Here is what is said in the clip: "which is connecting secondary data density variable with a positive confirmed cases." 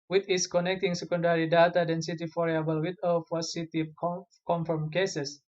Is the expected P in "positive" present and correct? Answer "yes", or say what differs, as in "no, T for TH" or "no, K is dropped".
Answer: no, F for P